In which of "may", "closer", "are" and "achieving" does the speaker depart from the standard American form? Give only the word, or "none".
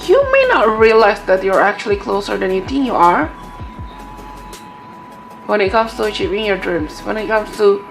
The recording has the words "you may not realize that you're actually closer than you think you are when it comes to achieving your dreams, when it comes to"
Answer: achieving